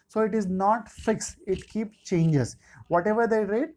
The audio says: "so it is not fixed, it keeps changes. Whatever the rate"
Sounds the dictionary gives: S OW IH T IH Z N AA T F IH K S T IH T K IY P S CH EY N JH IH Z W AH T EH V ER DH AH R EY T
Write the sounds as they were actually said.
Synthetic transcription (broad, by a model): S OW IH T IH Z N AA T F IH K S IH T K IY P S CH EY N JH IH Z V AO T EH V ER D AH R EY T